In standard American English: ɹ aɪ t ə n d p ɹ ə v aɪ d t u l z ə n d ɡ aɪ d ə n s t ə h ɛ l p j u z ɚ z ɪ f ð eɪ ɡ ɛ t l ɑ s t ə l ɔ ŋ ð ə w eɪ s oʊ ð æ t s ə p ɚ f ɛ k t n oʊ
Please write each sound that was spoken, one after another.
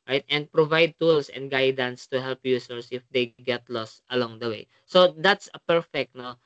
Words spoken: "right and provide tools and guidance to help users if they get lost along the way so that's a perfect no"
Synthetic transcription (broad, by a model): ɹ aɪ t ə n d p ɹ ə v aɪ d t u l s ə n d ɡ aɪ d ə n s t ə h ɛ l p j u s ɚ s ɪ f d eɪ ɡ ɛ t l ɑ s t ə l ɔ ŋ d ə w eɪ s oʊ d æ t s ə p ɚ f ɛ k t n oʊ